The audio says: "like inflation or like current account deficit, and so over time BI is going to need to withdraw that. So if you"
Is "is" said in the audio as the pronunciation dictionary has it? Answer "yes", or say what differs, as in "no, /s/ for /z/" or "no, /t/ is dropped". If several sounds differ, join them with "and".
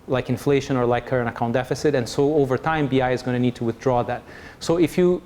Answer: yes